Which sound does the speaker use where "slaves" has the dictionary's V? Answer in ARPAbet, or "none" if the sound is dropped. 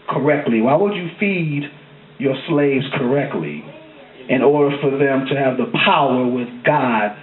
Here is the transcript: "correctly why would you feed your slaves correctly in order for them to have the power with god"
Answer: V